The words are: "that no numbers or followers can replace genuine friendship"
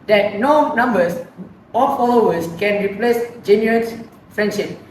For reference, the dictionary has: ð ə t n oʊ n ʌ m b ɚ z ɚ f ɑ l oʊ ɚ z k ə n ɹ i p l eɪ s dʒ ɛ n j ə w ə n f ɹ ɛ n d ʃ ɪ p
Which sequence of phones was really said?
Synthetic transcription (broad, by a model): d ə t n oʊ n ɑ m b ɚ s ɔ f ɑ l oʊ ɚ s k ə n ɹ i p l eɪ s dʒ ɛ n j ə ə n f ɹ ɛ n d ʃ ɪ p